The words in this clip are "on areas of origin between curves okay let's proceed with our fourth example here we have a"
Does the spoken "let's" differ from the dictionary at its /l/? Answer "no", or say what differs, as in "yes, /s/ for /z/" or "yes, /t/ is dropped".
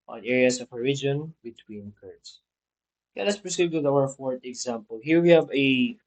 yes, /n/ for /l/